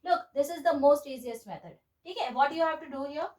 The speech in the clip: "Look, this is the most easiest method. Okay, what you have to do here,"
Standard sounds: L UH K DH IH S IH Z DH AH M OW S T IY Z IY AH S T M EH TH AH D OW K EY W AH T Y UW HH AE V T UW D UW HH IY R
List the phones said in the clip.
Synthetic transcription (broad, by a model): L UH K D IH S IH Z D AH M OW S T IY Z IY AH S T M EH T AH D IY K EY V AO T Y UW HH AE V T UW D UW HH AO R